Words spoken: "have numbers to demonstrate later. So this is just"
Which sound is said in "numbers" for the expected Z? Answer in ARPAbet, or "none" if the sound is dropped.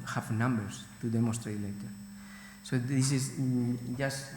S